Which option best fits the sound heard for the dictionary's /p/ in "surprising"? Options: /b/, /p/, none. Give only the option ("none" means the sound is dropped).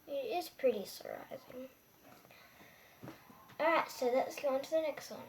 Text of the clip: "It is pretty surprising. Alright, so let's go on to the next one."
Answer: none